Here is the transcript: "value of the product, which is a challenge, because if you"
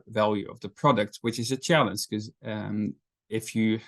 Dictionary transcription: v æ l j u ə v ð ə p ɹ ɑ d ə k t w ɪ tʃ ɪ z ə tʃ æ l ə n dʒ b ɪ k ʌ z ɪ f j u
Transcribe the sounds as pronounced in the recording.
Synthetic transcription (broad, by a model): v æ l j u ə v ð ə p ɹ ɑ d ə k t w ɪ tʃ ɪ z ə tʃ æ l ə n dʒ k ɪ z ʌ ɪ f j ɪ